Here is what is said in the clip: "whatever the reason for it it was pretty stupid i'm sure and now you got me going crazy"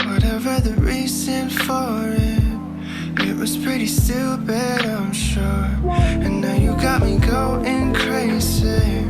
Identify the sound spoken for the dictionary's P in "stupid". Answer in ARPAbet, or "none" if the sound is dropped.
B